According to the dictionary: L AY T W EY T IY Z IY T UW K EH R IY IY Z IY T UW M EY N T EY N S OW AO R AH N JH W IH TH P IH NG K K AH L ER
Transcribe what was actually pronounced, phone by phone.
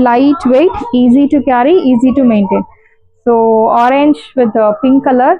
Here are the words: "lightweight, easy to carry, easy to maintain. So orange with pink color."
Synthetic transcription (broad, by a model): L AY T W EY T IY Z IY T UW K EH R IY IY Z IY T UW M EY N T EY N S OW AO R AH N JH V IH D P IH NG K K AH L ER